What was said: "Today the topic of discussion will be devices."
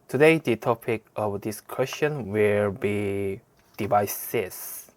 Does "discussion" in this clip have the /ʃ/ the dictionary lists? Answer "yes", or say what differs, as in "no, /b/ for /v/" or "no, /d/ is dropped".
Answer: no, /s/ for /ʃ/